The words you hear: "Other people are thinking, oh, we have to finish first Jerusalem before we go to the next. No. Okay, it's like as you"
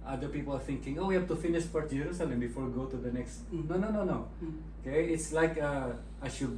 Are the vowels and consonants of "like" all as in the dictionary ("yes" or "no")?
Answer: yes